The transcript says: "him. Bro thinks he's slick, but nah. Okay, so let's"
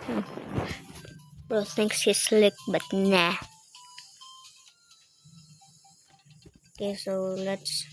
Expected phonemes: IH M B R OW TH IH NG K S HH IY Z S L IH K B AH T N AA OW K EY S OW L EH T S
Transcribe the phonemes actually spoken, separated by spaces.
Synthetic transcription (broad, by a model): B OW S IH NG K S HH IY S L IH K B AH T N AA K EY S OW L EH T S